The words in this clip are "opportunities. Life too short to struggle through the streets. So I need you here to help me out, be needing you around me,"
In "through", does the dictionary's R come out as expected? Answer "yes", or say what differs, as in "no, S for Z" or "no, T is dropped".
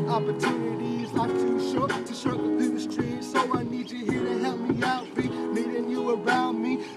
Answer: no, R is dropped